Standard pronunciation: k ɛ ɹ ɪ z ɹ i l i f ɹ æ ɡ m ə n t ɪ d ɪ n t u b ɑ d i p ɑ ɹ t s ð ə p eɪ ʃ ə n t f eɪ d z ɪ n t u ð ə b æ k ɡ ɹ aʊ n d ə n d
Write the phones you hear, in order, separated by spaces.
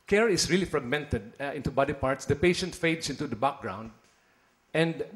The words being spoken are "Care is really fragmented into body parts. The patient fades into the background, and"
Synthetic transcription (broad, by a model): k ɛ ɹ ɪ s ɹ i l i f ɹ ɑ ɡ m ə n t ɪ d ɪ n t u b ɑ d i p ɑ ɹ t s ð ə p eɪ ʃ ə n t f eɪ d s ɪ n t u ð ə b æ k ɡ ɹ aʊ n d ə n d